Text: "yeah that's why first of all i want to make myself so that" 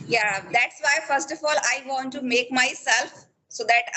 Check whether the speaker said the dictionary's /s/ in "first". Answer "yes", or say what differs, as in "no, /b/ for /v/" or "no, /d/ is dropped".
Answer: yes